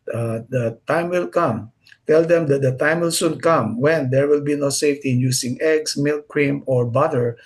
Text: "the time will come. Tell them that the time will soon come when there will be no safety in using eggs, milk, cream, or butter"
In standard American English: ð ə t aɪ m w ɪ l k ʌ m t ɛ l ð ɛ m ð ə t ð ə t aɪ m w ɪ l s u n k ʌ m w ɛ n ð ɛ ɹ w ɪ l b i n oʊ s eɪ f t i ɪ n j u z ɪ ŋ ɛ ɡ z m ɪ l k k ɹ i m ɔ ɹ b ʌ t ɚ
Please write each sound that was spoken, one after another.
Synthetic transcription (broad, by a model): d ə t aɪ m w ɪ l k ʌ m t ɛ l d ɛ m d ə t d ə t aɪ m w ɪ l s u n k ʌ m w ɛ n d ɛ ɹ w ɪ l b i n oʊ s eɪ f t i ɪ n j u s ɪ ŋ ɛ ɡ s m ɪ l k k ɹ i m ɔ ɹ b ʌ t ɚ